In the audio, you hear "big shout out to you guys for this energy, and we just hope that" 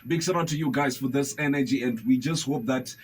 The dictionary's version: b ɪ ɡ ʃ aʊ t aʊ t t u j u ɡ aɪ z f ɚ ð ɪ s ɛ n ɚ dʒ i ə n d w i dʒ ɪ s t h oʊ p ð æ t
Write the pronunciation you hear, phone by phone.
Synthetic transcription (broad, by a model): b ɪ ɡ s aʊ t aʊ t t u j u ɡ aɪ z f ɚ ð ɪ s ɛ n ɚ dʒ i ə n d w i dʒ ɪ s t h oʊ p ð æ t